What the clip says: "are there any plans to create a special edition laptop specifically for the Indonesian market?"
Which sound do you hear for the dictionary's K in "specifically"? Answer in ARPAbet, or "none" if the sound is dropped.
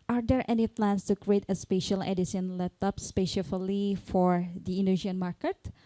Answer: none